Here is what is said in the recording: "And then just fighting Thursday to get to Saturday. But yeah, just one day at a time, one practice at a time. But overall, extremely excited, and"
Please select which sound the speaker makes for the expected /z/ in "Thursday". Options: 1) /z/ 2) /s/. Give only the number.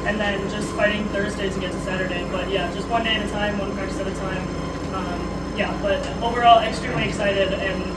1